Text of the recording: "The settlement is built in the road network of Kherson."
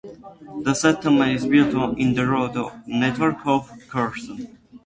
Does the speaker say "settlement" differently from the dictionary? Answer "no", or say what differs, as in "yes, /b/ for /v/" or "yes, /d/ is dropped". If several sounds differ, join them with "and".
yes, /l/ is dropped and /t/ is dropped